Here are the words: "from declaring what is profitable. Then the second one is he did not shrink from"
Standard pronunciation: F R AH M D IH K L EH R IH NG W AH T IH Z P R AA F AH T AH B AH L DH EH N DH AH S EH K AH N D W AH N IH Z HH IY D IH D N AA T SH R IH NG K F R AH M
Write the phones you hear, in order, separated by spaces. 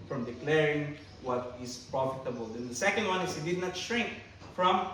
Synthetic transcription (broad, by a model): F R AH M D IH K L EH R IH NG W AH T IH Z P R AA F AH T AH B AH L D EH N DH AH S EH K AH N D W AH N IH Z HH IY D IH D N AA T SH R IH NG K F R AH M